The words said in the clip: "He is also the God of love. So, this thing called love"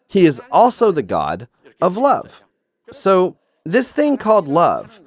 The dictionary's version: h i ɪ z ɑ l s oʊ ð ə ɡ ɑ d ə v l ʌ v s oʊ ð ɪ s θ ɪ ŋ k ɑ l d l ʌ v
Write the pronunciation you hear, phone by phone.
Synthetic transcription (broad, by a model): h i ɪ z ɑ l s oʊ ð ə ɡ ɑ d ə v l ʌ v s oʊ ð ɪ s θ ɪ ŋ k ɑ l d l ʌ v